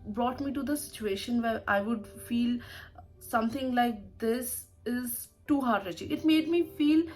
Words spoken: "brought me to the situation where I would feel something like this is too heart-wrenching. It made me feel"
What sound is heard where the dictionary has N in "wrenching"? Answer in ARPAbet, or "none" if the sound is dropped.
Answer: none